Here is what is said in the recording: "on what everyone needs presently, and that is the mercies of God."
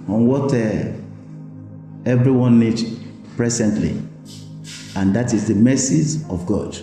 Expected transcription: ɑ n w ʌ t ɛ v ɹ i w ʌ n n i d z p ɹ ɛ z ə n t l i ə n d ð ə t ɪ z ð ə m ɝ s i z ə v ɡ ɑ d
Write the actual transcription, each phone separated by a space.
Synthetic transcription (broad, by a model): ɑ n w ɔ t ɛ v ɹ i w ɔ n n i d p ɹ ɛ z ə n t l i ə n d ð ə t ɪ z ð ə m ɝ s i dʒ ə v ɡ ɑ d